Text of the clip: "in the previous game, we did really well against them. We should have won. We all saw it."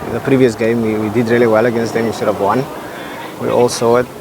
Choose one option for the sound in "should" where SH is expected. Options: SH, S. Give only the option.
S